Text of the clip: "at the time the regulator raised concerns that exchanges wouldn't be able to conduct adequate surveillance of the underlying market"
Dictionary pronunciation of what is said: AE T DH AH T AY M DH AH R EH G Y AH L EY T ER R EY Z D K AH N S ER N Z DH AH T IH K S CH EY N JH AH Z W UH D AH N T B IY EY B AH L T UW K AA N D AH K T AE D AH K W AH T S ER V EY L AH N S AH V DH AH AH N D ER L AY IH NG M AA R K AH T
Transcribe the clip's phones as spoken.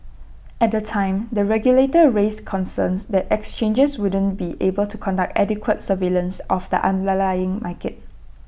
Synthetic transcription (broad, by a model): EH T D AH T AY M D AH R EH G Y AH L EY T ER R EY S K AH N S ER N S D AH T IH K S CH EY N JH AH S W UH D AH N B IY EY B AH L T UW K AA N D AH K T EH D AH K W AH T S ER V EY L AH N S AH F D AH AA N D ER L AY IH NG M AA K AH T